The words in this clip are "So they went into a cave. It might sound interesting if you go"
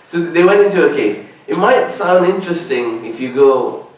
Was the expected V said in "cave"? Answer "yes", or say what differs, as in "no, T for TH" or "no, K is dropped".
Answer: no, V is dropped